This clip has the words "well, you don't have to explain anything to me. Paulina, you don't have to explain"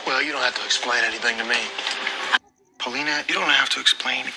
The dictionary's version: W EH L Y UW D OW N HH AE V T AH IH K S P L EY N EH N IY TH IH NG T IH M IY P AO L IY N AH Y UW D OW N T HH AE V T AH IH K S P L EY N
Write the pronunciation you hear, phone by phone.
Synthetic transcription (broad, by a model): W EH L Y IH D OW N HH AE F T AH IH K S P L EY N EH N IY TH IH NG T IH M IY P AO L IY N AH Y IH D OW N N HH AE F T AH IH K S P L EY N